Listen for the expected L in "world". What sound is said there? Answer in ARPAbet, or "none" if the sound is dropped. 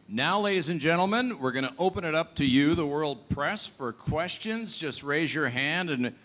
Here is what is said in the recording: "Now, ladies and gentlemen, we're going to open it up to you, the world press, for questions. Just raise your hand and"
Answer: L